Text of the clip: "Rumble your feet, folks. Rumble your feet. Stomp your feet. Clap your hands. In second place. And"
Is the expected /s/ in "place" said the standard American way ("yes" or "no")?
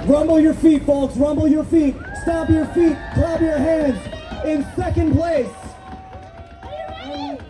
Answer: no